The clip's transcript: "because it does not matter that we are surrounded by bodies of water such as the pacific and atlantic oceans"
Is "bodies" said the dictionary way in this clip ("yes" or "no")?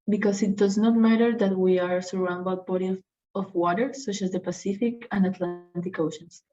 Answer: no